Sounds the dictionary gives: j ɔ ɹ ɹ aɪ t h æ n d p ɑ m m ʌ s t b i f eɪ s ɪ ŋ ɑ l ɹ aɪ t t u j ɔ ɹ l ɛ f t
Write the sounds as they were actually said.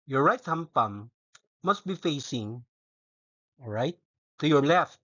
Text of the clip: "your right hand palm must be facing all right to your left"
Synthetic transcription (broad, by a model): j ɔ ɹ ɹ aɪ t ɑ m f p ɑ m m ʌ s t b i f eɪ s ɪ ŋ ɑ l ɹ aɪ t t u j ɔ ɹ l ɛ f t